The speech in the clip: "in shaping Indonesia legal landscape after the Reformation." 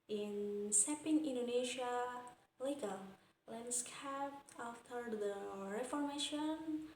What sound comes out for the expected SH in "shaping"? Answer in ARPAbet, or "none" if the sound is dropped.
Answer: S